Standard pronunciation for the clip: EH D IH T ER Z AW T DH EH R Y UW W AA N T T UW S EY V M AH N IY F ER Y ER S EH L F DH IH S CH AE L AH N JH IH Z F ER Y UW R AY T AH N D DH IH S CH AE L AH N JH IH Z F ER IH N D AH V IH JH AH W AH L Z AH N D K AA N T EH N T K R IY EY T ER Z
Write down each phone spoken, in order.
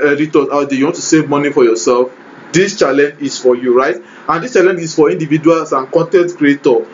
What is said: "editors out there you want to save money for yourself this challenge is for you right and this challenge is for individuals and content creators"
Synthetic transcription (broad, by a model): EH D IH T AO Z AW T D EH Y UW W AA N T T UW S EY V M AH N IY F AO Y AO S EH L F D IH S CH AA L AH N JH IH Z F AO Y UW R AY T AH N D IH S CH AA L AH N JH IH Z F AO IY N D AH V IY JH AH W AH L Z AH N K AA N T EH N T K R IY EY T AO